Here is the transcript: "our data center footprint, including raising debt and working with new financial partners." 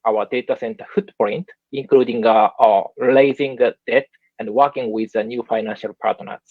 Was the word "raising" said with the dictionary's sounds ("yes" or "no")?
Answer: no